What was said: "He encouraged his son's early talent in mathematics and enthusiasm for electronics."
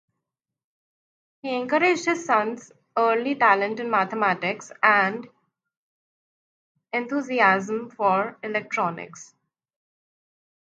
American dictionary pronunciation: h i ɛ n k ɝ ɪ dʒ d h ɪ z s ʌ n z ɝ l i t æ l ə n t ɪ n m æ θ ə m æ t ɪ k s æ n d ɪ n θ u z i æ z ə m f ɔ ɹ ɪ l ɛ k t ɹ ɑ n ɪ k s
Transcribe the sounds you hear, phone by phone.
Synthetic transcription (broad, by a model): h i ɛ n k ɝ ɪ dʒ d h ɪ z s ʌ n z ɝ l i t æ l ə n t ɪ n m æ t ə m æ t ɪ k s æ n d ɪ n t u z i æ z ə m f ɔ ɹ ɪ l ɛ k t ɹ ɑ n ɪ k s